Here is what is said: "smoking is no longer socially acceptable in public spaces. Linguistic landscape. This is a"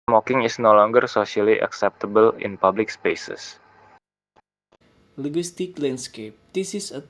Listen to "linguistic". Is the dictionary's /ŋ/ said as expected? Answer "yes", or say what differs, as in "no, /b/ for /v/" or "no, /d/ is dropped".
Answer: no, /ŋ/ is dropped